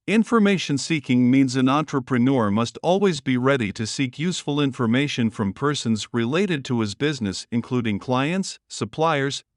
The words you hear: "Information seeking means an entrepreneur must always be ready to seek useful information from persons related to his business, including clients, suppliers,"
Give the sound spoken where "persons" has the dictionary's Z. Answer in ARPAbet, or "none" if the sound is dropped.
Z